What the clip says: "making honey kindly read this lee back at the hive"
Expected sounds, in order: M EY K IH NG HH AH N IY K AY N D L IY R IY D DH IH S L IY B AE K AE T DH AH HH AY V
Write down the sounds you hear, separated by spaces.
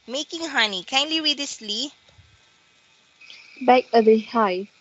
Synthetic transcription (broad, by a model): M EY K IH NG HH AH N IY K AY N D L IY W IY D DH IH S L IY B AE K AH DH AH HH AY